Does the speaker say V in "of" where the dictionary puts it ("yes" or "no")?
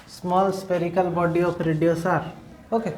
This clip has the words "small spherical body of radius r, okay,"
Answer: no